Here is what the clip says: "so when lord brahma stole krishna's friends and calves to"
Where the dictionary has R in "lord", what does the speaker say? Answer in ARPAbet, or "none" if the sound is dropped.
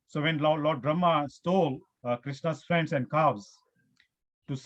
L